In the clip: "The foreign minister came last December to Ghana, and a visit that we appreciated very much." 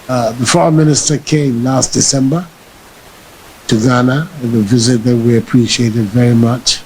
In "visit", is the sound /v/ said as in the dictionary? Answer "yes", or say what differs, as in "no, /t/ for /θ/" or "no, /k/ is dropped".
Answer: yes